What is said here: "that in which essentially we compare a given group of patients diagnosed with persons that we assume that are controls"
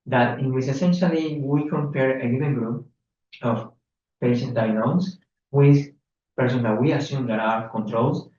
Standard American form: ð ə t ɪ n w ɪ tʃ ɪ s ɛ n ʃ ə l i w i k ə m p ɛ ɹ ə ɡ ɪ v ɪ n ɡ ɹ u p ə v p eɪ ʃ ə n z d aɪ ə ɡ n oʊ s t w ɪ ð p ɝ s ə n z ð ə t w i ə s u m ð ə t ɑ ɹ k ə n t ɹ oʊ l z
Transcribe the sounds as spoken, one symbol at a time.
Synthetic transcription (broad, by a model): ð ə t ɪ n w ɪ s ɪ s ɛ n ʃ ə l i w i k ə m p ɛ ɹ ə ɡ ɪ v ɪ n ɡ ɹ u p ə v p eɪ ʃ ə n d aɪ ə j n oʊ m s w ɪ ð p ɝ s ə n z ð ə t w i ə s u m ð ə t ɑ ɹ k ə n t ɹ oʊ l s